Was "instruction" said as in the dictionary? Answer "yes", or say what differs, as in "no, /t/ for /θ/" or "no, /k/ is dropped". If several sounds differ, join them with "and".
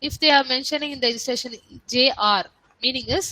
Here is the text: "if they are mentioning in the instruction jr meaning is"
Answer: no, /ɹ/ is dropped and /k/ is dropped